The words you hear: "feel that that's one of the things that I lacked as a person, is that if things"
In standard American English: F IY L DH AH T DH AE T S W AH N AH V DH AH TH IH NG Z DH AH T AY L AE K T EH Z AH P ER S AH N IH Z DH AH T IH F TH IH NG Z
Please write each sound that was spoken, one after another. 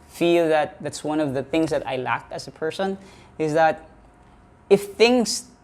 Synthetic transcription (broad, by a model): F IY L DH AH T DH AE T S W AH N AH V DH AH TH IH NG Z DH AH T AY L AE K IH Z AH P ER S AH N IH Z DH AH T IH F TH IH NG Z